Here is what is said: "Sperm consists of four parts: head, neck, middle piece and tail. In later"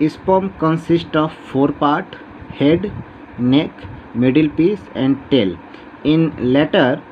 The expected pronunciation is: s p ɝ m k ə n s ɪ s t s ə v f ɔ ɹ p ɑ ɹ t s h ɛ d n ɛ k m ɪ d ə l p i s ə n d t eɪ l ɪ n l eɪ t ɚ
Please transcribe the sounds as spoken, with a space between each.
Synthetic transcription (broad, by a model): s p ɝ m k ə n s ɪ s t ə v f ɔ ɹ p ɑ ɹ t h ɛ d n ɛ k m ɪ d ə l p i s ə n d t eɪ l ɪ n l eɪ t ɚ